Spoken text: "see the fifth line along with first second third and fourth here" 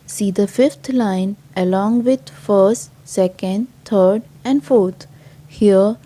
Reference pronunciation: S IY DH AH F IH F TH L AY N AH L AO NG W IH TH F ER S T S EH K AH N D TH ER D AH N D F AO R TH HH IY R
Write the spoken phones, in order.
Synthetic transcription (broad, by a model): S IY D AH F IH F T L AY N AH L AO NG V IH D F ER S T S EH K AH N D T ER D AH N D F AO R T HH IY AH